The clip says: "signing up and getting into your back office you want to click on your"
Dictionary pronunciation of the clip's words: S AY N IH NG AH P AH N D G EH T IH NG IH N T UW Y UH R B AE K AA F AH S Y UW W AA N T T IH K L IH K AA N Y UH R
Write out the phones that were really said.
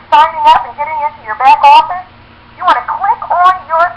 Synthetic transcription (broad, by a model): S AY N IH NG AH P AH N G EH T IH NG IH N T UW Y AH R B AE K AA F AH Y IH W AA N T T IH K W IH K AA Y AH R